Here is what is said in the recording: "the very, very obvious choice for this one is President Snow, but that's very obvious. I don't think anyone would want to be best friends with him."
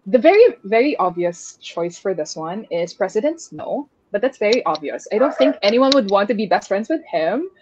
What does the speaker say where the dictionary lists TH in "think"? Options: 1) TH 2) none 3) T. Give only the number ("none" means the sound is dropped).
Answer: 1